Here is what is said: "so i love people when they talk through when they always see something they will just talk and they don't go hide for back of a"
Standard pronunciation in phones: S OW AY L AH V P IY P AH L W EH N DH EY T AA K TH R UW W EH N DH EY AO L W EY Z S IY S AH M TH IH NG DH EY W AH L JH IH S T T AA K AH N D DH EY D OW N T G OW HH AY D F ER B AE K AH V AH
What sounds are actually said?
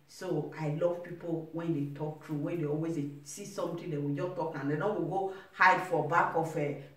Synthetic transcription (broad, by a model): S OW AY L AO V P IY P AH L W EH N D EY T AA K T R UW W EH N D EY AO L W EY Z S IY S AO M T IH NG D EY W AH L JH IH S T T AA K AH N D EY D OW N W G OW HH AY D F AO B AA K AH F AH